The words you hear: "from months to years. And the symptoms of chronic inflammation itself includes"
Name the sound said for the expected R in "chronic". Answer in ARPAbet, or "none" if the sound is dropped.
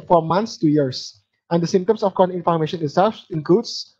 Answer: none